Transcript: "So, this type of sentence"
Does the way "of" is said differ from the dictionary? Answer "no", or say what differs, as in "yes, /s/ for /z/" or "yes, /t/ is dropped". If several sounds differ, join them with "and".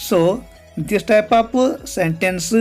yes, /p/ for /v/